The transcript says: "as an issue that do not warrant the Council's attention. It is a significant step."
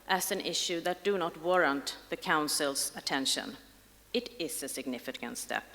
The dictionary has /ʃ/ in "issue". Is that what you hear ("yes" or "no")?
yes